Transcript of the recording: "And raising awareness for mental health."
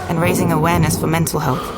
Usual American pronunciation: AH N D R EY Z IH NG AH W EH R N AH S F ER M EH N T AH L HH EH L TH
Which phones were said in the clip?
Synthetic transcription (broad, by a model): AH N R EY Z IH NG AH W EH R N AH S F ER M EH N T AH L HH EH L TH